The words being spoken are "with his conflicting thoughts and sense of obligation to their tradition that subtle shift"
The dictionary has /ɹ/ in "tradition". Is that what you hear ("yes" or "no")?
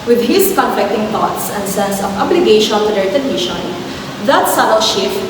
no